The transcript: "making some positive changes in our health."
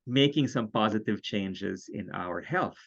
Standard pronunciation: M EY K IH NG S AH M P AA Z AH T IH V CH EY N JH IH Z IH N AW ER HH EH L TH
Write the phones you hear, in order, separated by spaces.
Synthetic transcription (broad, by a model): M EY K IH NG S AH M P AA Z AH T IH V CH EY N JH IH Z IH N AW ER HH EH L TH